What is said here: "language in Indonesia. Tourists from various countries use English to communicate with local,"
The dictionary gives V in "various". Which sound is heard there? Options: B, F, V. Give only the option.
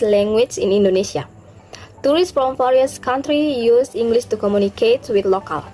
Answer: F